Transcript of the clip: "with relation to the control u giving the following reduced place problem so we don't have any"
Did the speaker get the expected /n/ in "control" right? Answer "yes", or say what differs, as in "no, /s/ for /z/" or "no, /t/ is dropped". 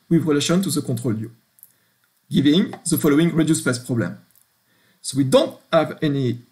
no, /n/ is dropped